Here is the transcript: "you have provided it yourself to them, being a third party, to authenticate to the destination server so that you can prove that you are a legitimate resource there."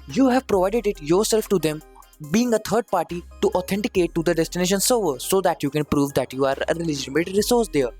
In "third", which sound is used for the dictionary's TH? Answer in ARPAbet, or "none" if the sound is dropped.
T